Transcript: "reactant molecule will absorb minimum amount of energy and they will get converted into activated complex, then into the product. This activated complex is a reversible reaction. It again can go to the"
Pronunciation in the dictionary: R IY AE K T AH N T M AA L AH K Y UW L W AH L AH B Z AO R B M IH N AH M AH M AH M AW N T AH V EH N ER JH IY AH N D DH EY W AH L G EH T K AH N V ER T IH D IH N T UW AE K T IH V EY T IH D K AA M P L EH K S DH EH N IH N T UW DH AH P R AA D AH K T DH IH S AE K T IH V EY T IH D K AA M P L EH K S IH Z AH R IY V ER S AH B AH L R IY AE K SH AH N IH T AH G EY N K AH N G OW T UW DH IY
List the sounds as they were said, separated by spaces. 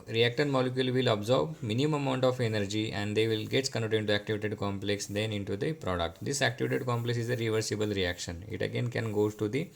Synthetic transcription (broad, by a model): R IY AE K T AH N M AA L AH K Y UW L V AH L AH B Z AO R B M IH N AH AH M AH M AW N T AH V EH N ER JH IY AH N D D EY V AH L G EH T K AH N AO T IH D IH N T UW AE K T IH V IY T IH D K AA M P L EH K S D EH N IH N T UW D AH P R AA D AH K T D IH S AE K T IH V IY T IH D K AA M P L EH K S IH Z AH R IY V ER S AH B AH L R IY AE K SH AH N IH T AH G EY N K AH N G OW T UW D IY